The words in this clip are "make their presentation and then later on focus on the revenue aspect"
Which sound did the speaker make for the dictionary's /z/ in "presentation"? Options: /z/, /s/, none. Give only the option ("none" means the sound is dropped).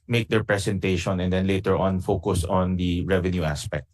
/s/